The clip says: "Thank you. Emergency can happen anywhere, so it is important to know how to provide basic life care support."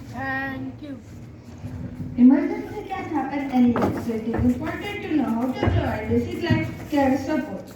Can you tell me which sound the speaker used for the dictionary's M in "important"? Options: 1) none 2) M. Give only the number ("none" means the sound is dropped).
1